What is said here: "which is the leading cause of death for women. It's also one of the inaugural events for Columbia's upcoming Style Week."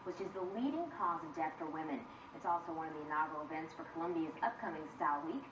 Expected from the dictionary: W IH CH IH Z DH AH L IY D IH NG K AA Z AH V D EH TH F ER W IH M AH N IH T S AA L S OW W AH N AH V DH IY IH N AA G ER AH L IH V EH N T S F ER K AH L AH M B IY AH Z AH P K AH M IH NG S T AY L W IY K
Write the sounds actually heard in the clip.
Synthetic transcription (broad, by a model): W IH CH IH Z DH AH L IY D IH NG K AA Z AH V D EH TH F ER W IH M AH N IH T S AA L S OW W AH N AH V DH IY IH N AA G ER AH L IH V EH N T S F ER K AH L AH M B IY AH Z AH P K AH M IH NG S T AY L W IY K